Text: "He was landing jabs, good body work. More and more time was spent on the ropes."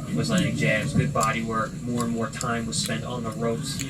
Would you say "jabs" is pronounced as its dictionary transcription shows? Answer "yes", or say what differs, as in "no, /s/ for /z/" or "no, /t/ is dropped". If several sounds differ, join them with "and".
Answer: no, /b/ is dropped